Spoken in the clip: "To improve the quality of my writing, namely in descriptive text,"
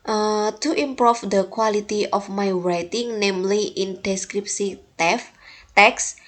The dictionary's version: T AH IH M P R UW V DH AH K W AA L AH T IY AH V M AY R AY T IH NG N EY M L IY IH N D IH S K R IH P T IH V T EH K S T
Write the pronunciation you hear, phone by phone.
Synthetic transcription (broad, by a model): T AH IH M P R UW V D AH K W AA L AH T IY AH F M AY R AY T IH NG N EY M L IY IH N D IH S K R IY P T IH F T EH K S